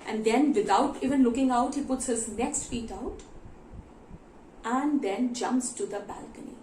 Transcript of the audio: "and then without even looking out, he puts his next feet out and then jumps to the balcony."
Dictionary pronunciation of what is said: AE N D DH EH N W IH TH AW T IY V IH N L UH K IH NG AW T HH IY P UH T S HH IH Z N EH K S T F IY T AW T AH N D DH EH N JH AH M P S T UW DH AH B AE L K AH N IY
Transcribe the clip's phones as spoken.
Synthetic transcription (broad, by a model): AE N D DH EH N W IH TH AW T IY V IH N L UH K IH NG AW T HH IY P UH T S HH IH Z N EH K S T F IY T AW T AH N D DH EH N JH AH M P S T UW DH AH B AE L K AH N IY